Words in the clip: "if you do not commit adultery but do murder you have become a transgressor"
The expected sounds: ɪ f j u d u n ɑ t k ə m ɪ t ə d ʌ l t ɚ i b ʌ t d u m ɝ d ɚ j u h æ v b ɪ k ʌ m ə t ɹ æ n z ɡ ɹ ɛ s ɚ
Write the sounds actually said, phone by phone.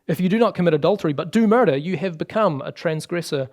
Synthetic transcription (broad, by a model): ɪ f j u d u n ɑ t k ə m ɪ t ə d ʌ l t ɚ i b ʌ t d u m ɝ d ɚ j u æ v b ɪ k ʌ m ə t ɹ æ n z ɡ ɹ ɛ s ɚ